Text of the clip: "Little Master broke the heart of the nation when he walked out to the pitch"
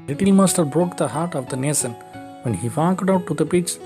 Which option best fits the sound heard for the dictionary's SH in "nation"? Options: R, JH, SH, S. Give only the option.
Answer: S